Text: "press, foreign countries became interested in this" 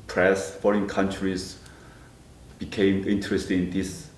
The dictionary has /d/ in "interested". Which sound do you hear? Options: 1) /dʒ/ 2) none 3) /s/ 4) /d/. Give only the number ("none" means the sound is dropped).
2